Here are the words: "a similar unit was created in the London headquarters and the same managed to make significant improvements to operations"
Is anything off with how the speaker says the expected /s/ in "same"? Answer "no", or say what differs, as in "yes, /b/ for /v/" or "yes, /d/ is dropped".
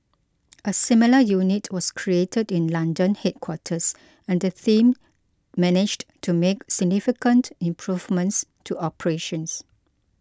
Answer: yes, /θ/ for /s/